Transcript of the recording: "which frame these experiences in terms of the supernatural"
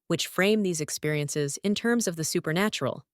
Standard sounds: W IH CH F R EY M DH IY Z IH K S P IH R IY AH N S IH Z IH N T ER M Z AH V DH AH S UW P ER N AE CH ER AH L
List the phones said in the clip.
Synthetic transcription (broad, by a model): W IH CH F R EY M DH IY Z IH K S P IH R IY AH N S IH Z IH N T ER M Z AH V DH AH S UW P ER N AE CH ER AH L